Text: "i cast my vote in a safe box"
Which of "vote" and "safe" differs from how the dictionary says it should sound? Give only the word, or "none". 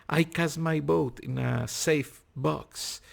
vote